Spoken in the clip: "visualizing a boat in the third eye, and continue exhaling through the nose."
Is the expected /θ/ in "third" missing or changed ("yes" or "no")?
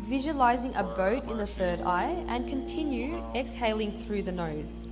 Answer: no